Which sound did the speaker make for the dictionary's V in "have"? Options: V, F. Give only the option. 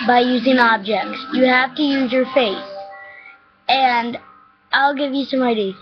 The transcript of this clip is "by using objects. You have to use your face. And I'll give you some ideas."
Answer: F